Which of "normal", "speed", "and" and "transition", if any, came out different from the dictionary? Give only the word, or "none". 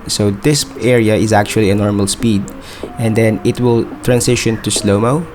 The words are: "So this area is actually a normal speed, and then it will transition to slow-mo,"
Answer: transition